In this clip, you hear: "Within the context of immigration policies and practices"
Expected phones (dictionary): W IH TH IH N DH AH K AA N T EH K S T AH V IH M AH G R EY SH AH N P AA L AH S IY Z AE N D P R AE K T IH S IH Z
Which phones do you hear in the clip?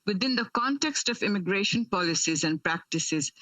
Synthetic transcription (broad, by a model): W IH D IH N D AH K AA N T EH K S T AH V IH M AH G R EY SH AH N P AA L AH S IY Z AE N D P R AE K T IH S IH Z